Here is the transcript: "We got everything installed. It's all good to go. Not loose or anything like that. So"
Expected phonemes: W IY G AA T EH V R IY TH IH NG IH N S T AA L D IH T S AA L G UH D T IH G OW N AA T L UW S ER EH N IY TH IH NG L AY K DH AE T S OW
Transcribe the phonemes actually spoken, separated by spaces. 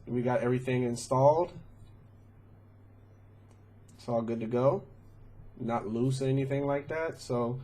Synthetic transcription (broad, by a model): W IY G AA T EH V R IY TH IH NG IH N S T AA L D IH T S AA L G UH D T IH G OW N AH T L UW S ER EH N IY TH IH NG L AY K DH AE T S OW